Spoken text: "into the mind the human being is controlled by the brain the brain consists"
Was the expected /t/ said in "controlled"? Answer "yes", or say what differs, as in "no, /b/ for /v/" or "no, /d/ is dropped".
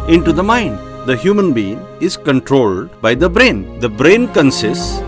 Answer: yes